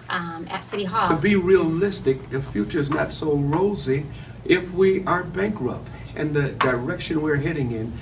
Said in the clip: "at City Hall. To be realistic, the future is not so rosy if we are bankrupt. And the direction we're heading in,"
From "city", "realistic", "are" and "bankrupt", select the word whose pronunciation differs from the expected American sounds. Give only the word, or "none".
none